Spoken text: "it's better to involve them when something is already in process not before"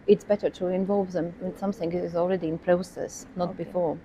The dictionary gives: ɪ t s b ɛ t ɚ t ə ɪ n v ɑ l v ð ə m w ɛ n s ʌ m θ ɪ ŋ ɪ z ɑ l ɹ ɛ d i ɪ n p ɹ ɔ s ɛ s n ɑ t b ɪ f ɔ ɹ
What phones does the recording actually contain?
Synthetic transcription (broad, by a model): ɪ t s b ɛ t ɚ t ə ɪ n v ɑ l v ð ə m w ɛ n s ʌ m θ ɪ ŋ ɪ z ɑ l ɹ ɛ d i ɪ n p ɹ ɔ s ɛ s n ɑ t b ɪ f ɔ ɹ